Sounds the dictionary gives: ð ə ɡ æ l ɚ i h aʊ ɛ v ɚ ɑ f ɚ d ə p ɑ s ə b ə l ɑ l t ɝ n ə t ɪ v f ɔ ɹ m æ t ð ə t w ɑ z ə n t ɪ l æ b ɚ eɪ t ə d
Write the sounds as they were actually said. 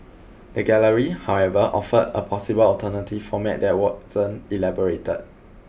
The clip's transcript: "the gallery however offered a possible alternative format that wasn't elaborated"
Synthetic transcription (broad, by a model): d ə ɡ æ l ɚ i h aʊ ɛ v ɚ ɑ f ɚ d ə p ɑ s ə b ə l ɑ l t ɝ n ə t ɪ f ɔ m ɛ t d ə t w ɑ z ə n ɪ l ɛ b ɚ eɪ t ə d